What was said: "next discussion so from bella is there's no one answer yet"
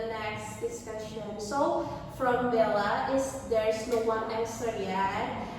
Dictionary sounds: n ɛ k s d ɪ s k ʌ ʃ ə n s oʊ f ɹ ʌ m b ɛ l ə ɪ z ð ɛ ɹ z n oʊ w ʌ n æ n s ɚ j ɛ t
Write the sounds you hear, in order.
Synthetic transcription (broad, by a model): n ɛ k s d ɪ s k ʌ ʃ ə n s oʊ f ɹ ʌ m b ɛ l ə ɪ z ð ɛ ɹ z n oʊ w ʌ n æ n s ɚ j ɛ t